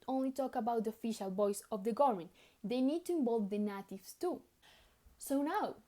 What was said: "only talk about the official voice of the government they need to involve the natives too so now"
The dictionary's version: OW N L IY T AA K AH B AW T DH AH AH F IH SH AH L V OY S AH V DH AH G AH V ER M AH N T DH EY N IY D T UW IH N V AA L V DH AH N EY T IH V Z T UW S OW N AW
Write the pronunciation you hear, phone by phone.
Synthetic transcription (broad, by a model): OW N L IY T AA K AH B AW T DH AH F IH SH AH L B OY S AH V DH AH G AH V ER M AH N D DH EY N IY D T UW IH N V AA L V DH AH N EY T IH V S T UW S OW N AW